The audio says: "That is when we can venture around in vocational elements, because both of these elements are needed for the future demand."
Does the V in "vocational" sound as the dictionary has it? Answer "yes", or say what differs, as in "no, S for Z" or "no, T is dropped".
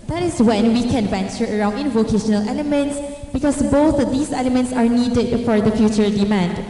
yes